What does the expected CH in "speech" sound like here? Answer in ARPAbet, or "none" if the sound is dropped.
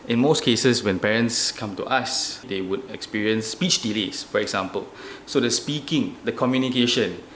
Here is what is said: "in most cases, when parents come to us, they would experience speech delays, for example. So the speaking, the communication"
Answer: CH